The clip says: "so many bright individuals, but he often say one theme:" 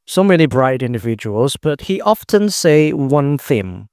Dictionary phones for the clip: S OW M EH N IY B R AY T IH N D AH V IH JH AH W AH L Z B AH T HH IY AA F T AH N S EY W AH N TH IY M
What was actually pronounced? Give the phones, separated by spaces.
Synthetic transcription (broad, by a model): S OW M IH L IY B R AY T IH N D AH V IH JH AH W AH L Z B AH T HH IY AA F T AH N S EY W AH N TH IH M